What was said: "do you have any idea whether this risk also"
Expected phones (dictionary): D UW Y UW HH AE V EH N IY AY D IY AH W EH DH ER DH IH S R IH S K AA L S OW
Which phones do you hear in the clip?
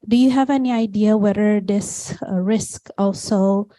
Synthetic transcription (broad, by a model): D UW Y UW HH AE V EH N IY AY D IY AH W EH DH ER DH IH S R IH S K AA L S OW